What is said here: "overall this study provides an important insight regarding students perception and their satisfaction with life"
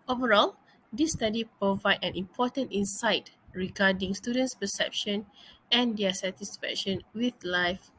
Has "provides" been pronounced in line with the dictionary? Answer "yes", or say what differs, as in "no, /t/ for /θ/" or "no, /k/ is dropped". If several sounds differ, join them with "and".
no, /z/ is dropped